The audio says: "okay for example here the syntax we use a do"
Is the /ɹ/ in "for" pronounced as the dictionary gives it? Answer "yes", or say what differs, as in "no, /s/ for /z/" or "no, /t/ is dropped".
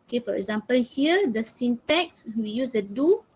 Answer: yes